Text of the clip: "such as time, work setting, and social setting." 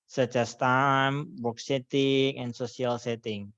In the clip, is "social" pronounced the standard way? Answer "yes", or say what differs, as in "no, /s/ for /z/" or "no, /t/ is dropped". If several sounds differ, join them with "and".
no, /s/ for /ʃ/